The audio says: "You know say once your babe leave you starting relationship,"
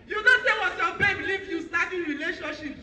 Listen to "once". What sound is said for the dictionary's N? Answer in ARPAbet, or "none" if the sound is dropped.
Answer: none